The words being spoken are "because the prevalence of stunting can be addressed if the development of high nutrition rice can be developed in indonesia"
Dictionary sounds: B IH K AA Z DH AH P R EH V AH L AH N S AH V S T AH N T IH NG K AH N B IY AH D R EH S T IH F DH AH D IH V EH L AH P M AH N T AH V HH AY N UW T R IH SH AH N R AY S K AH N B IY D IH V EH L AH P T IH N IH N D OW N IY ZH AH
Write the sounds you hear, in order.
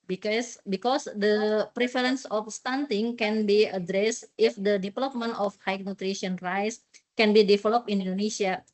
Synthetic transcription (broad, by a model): B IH K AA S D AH P R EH F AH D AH N S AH F S T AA N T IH NG K AH N B IY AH D R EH S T IH F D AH D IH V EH L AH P M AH N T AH F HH AY N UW T R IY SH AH N R AY S K AH N B IY D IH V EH L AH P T IH N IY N D OW N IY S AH